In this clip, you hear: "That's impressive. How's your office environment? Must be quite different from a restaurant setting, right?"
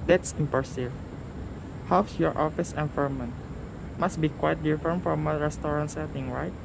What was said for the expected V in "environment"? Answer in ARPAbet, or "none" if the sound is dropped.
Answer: F